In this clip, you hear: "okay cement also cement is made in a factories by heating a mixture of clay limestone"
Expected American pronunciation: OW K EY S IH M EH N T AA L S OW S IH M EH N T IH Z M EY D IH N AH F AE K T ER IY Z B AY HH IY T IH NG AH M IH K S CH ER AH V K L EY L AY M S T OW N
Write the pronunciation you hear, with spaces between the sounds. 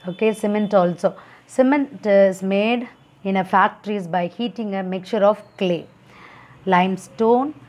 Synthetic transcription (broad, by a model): OW K EY S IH M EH N T AA L S OW S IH M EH N T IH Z M EY D IH N AH F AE K T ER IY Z B AY HH IY T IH NG AH M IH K CH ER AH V K L EY L AY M S T OW N